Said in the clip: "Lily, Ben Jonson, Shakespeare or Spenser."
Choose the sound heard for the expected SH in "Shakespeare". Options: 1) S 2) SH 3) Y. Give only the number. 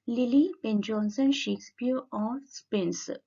2